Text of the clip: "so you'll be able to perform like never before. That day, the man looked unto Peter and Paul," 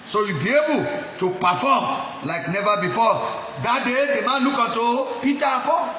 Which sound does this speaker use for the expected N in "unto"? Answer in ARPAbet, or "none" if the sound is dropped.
none